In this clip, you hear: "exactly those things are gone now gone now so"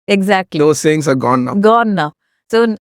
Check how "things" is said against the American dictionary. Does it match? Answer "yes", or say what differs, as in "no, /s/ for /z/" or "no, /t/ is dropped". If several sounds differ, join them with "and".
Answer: no, /s/ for /θ/